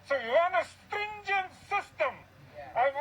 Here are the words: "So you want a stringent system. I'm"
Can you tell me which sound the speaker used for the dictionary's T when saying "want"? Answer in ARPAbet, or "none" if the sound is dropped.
none